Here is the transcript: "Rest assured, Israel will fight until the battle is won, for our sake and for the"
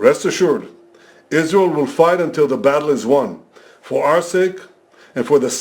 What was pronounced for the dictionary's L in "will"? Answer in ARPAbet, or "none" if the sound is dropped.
L